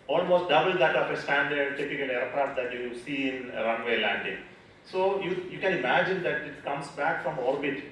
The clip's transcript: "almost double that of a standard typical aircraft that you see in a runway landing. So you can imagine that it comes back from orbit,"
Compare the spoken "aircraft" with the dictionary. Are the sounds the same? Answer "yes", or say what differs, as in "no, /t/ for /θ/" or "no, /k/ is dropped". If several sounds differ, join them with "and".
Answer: no, /f/ is dropped